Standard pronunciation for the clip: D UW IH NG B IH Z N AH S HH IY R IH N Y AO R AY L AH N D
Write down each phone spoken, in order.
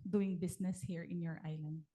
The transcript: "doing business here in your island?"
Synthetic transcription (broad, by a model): D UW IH NG B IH S N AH S HH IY R IH N Y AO R AY L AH N D